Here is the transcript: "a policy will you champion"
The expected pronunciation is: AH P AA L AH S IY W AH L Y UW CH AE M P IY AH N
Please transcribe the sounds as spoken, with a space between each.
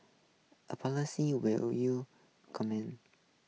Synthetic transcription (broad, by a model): AH P AA L AH S IY W AH L Y UW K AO M IY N